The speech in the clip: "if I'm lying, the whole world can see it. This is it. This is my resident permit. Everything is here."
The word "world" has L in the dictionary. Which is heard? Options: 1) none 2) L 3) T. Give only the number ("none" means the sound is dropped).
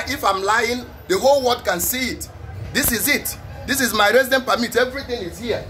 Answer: 1